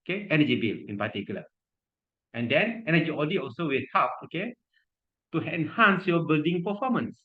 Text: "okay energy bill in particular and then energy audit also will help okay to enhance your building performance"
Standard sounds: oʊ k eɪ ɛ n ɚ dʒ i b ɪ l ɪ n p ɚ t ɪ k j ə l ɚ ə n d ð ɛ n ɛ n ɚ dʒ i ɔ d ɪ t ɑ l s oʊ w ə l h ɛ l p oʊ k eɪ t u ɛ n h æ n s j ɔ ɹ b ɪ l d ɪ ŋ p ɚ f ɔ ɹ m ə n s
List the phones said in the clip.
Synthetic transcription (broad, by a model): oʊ k eɪ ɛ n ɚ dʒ i b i l ɪ n p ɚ t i k j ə l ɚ ə n d ɛ n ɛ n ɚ dʒ i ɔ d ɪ ɑ l s oʊ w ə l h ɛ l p oʊ k eɪ t u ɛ n h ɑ n s j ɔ b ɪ l d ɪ ŋ p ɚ f ɔ m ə n s